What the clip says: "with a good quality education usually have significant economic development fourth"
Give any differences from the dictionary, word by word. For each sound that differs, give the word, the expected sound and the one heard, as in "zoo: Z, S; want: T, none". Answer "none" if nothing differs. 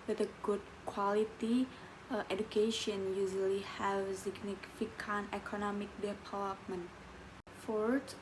significant: T, none